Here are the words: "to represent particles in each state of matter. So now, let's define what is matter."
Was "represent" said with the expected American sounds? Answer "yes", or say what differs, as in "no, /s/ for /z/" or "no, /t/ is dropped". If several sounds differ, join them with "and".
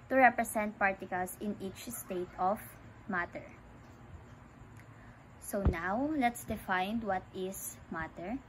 no, /s/ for /z/